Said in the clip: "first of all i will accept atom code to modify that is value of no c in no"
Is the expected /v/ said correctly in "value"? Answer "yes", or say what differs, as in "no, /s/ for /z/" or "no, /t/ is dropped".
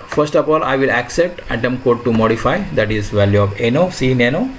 yes